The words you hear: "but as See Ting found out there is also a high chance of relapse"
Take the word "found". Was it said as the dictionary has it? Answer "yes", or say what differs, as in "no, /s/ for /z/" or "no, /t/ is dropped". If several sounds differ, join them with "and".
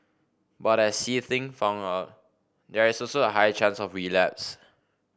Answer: no, /d/ is dropped